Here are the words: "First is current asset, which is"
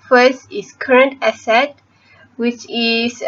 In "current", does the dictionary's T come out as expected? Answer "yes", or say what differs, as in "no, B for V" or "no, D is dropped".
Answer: yes